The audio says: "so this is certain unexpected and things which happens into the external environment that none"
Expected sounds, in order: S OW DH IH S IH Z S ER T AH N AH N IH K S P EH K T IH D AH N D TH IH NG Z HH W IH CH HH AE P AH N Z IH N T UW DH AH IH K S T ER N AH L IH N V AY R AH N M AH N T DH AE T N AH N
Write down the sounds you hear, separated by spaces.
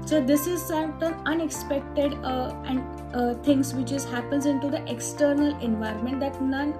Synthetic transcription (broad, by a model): S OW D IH S IH Z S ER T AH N AH N IH K S P EH K T IH D AH N D T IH NG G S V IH CH HH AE P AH N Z IH N T UW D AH IH K S T ER N AH L IH N V AY R AH N M AH N T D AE T N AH N